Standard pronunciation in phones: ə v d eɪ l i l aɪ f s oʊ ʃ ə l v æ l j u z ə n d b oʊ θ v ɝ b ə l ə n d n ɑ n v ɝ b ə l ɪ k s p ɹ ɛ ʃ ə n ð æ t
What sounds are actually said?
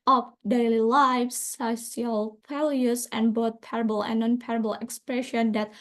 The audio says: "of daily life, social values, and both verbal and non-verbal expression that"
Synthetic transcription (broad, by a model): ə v d eɪ l i l aɪ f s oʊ s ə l f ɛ l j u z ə n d b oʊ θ p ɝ b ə l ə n n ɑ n p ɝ b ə l ɪ k s p ɹ ɛ ʃ ə n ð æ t